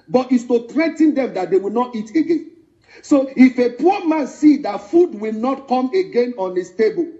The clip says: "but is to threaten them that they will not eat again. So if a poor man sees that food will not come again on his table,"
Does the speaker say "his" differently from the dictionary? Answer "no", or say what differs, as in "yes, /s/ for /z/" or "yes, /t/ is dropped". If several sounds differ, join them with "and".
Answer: yes, /s/ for /z/